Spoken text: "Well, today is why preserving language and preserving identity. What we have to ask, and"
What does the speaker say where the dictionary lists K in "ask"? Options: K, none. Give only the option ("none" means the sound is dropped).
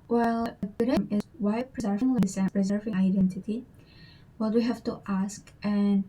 K